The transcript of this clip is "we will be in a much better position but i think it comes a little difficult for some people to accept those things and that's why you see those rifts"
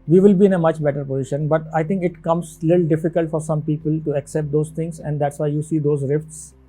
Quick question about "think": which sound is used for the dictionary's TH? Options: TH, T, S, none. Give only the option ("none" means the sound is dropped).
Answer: T